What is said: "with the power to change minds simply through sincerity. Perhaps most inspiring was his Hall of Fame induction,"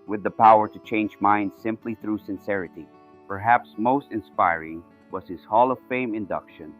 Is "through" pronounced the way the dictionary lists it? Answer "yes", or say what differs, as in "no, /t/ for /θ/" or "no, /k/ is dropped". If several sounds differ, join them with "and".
yes